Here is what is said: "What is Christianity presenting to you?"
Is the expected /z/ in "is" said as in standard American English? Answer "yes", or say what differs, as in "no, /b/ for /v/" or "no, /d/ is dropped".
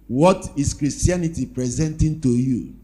no, /s/ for /z/